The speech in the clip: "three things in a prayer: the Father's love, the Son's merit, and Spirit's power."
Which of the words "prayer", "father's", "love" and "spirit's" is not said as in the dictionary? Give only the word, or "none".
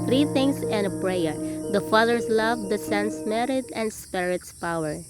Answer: father's